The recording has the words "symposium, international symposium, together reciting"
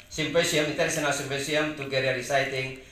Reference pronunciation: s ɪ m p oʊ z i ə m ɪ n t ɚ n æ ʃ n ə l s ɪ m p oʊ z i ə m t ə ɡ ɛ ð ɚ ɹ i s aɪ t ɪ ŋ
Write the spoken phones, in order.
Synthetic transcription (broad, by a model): s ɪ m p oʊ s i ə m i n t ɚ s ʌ n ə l s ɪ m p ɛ s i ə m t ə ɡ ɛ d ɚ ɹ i s aɪ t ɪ ŋ